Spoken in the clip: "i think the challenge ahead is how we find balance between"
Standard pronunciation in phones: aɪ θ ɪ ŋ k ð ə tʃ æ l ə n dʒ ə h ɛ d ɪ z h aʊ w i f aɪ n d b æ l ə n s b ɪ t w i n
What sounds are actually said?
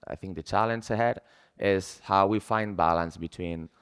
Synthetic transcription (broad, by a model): aɪ θ ɪ ŋ k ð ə tʃ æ l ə n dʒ ə h ɛ d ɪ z h aʊ w i f aɪ n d b æ l ə n s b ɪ t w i n